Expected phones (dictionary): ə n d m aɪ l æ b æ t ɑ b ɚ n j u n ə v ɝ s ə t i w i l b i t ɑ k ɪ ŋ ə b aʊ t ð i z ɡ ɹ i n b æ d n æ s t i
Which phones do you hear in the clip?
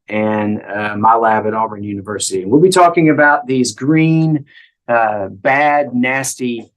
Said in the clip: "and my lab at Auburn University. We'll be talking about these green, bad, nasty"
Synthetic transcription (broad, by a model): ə n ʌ m aɪ l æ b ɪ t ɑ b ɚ n j u n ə v ɝ s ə t i w i l b i t ɑ k ɪ ŋ ə b aʊ t ð i z ɡ ɹ i n b æ d n æ s t i